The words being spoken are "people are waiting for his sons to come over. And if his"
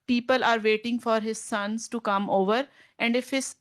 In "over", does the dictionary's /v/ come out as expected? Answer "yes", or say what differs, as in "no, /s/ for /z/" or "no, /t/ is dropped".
yes